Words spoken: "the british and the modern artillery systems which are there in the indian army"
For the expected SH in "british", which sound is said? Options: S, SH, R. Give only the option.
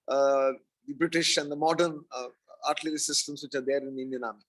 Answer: SH